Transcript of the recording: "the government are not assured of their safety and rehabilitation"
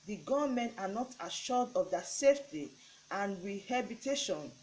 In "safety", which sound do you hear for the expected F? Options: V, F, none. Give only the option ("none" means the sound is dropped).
F